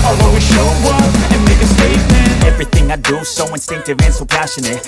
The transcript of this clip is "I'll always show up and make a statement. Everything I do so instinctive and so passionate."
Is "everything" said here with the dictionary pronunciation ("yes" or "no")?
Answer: yes